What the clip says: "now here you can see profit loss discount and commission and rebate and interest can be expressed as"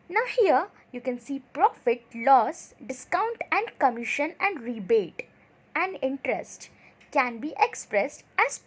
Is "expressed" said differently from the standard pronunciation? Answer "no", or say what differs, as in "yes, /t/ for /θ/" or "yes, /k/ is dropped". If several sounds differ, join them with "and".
no